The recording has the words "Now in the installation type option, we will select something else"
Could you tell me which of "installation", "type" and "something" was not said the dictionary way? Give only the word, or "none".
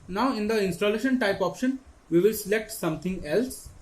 something